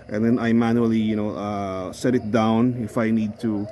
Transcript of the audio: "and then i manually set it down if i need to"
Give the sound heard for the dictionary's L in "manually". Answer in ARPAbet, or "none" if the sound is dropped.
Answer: N